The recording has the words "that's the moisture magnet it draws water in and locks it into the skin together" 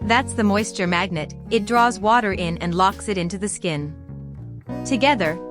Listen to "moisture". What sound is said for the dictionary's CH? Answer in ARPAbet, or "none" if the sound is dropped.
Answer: CH